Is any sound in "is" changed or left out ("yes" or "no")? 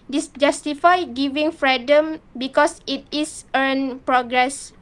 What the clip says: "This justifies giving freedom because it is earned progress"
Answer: yes